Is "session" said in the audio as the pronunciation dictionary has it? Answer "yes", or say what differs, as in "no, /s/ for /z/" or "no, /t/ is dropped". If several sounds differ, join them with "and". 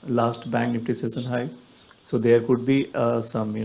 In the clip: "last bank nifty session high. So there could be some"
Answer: no, /s/ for /ʃ/